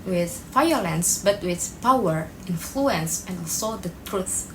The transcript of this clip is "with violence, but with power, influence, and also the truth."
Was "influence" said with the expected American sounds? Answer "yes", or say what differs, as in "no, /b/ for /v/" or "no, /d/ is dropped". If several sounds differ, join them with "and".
yes